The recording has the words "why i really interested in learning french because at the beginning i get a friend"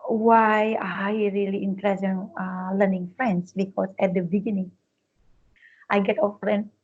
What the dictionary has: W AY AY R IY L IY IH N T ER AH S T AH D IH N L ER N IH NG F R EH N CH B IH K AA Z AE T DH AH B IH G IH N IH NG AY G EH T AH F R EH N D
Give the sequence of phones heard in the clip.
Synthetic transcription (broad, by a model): W AY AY R IY L IY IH N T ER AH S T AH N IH L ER N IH NG F R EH N S B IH K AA S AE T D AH B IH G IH N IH NG AY G EH T AH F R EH N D